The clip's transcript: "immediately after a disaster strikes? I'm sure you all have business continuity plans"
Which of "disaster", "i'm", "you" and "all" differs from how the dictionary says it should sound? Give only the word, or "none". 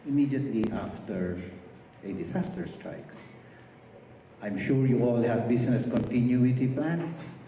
disaster